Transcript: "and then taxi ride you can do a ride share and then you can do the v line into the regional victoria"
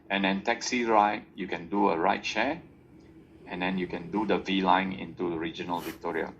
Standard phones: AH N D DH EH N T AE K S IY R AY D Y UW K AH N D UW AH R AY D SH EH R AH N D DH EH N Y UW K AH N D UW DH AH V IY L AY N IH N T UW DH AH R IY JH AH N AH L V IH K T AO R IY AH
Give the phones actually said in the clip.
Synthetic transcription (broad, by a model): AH N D EH N T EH K S IY R AY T Y UW K AH N D UW AH R AY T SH EH AH N D EH N Y UW K AH N D UW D AH V IY L AY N IH N T UW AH R IY JH AH N AH L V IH K T AO R IY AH